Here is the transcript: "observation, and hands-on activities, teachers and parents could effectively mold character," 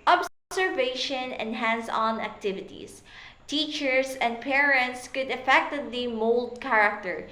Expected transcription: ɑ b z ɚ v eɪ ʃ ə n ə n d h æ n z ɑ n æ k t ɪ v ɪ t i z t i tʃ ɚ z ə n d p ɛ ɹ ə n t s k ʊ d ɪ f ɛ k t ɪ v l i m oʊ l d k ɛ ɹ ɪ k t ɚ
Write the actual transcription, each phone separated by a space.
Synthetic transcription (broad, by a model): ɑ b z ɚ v eɪ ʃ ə n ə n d h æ n s ɑ n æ k t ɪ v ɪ t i s t i tʃ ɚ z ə n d p ɛ ɹ ə n t s k ʊ d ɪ f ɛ k t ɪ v l i m oʊ l d k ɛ ɹ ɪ k t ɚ